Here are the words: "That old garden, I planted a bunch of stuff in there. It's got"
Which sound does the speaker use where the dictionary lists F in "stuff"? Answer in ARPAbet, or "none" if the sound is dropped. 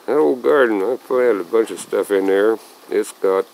F